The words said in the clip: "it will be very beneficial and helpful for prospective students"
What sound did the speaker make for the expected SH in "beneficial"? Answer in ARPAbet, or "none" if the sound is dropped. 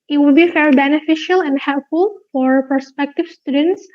SH